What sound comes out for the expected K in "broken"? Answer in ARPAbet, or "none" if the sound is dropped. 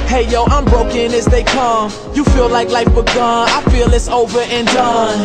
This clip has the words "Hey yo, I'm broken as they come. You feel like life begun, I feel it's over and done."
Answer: K